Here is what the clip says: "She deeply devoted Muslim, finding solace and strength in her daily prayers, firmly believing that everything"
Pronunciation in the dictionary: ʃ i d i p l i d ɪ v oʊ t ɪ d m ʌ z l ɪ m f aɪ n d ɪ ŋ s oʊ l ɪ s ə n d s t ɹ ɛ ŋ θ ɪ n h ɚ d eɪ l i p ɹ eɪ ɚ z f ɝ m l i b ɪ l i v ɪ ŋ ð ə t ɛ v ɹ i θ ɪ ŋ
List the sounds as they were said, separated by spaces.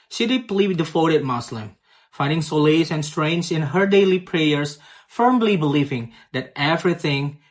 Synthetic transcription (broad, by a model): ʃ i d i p l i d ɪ f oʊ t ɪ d m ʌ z l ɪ m f aɪ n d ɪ ŋ s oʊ l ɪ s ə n s t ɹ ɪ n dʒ ɪ n h ɚ d eɪ l i p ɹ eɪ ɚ s f ɝ m l i b ɪ l i v ɪ ŋ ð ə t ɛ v ɹ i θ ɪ ŋ